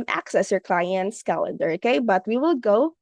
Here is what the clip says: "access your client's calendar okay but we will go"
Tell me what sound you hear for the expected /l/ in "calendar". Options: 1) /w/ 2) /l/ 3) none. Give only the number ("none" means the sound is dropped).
2